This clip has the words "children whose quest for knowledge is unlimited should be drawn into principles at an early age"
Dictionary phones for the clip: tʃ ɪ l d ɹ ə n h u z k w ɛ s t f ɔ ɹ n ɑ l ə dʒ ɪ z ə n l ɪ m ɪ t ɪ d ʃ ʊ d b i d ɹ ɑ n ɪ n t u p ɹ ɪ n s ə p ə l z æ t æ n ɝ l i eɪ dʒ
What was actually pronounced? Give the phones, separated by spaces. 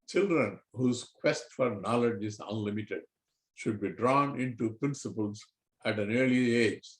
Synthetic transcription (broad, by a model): tʃ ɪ l d ɹ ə n h u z k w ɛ s t f ɔ ɹ n ɑ l ə dʒ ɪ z ə n l ɪ m ɪ t ɪ d ʃ ʊ d b i d ɹ ɑ n ɪ n t u p ɹ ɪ n s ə p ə l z æ t æ n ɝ l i eɪ dʒ